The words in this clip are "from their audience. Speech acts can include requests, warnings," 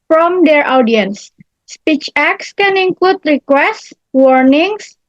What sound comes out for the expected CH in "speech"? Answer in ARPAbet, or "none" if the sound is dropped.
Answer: CH